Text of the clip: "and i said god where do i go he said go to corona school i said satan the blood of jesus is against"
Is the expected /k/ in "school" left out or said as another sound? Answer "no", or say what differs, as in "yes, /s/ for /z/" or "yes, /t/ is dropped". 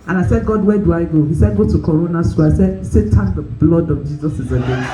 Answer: yes, /k/ is dropped